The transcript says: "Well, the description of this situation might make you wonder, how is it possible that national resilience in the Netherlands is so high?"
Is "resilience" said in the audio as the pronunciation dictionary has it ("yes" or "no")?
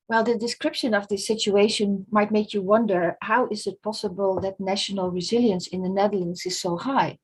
yes